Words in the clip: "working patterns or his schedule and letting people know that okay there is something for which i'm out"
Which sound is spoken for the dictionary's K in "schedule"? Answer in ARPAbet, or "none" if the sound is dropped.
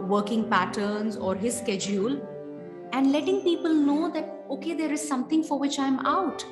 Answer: K